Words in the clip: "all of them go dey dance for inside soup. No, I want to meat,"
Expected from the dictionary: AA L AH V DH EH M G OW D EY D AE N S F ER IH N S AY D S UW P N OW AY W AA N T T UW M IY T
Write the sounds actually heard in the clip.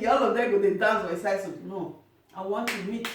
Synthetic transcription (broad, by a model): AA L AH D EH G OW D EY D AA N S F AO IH S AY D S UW N OW AY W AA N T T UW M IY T